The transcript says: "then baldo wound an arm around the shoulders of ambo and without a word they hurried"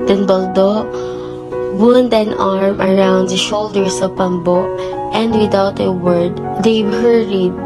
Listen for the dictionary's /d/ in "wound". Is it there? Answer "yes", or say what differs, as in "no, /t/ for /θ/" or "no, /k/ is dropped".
yes